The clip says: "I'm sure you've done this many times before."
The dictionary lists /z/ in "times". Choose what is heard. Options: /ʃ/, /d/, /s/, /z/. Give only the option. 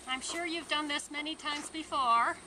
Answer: /z/